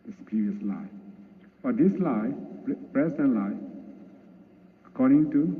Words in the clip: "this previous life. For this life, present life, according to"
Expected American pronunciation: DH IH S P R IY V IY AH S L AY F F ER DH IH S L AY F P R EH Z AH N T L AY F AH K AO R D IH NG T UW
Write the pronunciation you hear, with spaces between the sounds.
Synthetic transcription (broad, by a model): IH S P R IY V IY AH S L AY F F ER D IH S L AY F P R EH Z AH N L AY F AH K AO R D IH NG T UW